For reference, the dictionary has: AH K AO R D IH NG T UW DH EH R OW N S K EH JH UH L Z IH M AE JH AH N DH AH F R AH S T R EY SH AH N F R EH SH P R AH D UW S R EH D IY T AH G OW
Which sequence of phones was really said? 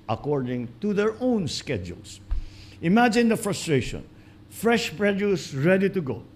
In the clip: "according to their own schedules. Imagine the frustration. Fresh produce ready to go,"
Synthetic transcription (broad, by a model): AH K AO R D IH NG T UW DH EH R OW N S K EH JH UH L S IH M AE JH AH N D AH F R AH S T R EY SH AH N F R EH SH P R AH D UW S R EH D IY T AH G OW